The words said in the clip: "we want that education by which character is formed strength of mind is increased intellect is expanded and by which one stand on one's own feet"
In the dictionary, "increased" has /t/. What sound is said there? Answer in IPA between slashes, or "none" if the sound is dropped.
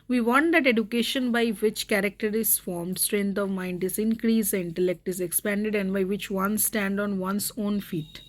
none